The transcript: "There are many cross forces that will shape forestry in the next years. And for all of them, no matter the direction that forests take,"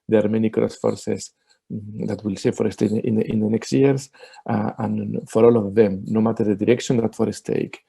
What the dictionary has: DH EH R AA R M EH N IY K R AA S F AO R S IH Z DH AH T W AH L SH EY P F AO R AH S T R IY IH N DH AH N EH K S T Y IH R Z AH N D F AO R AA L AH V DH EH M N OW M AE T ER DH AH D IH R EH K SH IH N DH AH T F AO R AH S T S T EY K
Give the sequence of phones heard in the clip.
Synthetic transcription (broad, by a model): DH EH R AA R M EH N IY K R AA S F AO R S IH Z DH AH T W AH L S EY F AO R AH S T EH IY IH N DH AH N EH K S T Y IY R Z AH N F AO R AA L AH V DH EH M N OW M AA T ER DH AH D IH R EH K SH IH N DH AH T F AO R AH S S T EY K